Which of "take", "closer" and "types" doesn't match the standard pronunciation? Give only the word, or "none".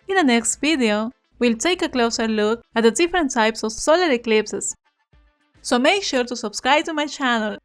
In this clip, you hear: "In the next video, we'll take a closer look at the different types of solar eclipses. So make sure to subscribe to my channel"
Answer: none